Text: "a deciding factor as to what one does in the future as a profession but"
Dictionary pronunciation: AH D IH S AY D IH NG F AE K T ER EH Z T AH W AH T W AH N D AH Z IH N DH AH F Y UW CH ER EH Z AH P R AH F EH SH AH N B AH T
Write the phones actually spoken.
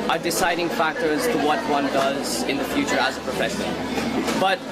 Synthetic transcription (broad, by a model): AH D IH S AY D IH NG F AE K T ER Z T AH W AH T W AH N D AH Z IH N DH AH F Y UW CH ER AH Z AH P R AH F EH S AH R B AH T